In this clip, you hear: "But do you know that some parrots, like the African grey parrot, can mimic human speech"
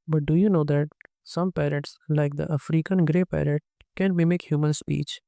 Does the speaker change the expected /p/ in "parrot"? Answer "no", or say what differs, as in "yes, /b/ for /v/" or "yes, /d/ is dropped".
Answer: no